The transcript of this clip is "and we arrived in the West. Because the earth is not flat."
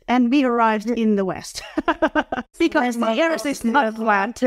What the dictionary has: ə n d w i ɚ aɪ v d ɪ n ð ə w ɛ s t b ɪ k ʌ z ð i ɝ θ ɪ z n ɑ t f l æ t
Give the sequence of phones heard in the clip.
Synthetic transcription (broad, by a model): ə n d w i ɚ aɪ v d ɪ n ð ə w ɛ s t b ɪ k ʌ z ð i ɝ s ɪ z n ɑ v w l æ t